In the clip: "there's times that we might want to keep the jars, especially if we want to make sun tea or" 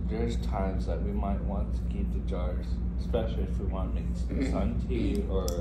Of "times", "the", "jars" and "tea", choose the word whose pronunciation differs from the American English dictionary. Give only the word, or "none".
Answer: none